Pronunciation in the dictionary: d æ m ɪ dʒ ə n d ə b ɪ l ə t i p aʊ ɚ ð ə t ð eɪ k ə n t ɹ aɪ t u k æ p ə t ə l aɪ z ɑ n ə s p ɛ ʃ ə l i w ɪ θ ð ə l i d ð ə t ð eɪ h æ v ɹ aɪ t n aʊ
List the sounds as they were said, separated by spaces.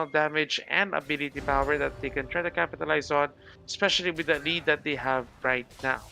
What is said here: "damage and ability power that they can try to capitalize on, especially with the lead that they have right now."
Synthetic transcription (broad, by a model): d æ m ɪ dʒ ə n d ə b ɪ l ə t i p aʊ ɚ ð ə t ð eɪ k ə n t ɹ aɪ t u k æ p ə t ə l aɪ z ɑ n ə s p ɛ ʃ ə l i w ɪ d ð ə l i d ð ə t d eɪ h æ v ɹ aɪ t n aʊ